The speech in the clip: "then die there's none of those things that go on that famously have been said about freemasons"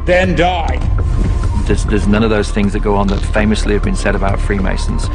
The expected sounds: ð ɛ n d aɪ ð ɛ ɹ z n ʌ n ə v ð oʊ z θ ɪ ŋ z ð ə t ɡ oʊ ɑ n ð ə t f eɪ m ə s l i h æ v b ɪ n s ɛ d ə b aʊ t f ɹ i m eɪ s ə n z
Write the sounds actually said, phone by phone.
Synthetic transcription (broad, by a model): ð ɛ n d aɪ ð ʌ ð z n ʌ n ə v ð oʊ z θ ɪ ŋ z ð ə t ɡ oʊ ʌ n ð ə t f eɪ m ə s l i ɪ v b ɪ n s ɛ d ə b aʊ t f ɹ i m eɪ s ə n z